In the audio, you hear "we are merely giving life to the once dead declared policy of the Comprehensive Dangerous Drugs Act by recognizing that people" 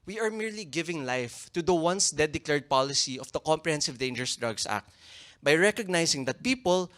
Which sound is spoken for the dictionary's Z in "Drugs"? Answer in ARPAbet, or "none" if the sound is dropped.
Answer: S